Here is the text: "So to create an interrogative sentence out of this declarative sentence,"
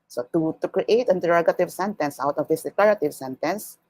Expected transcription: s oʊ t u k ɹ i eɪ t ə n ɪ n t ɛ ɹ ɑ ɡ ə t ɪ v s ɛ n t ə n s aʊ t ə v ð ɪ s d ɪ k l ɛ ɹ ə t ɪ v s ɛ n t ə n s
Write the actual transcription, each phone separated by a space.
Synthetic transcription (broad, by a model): s oʊ t u k ɹ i eɪ ə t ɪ n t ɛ ɹ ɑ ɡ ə t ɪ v s ɛ n t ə n s aʊ t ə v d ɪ s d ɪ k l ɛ ɹ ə t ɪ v s ɛ n t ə n s